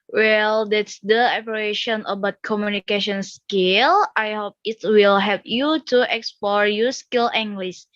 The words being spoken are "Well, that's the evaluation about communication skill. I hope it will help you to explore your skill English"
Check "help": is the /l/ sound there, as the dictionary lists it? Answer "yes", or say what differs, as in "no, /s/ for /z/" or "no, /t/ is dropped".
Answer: no, /l/ is dropped